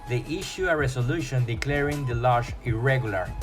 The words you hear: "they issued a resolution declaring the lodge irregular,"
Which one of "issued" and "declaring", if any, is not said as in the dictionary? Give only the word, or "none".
issued